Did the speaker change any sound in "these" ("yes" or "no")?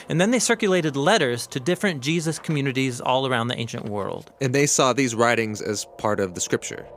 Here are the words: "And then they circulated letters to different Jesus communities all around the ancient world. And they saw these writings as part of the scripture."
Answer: no